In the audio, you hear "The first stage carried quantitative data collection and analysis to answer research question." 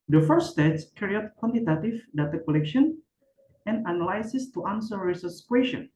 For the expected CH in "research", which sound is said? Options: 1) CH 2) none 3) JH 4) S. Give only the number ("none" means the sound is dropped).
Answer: 4